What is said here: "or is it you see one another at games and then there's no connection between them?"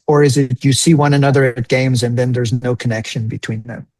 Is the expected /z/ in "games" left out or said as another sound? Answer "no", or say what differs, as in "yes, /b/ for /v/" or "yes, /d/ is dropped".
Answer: no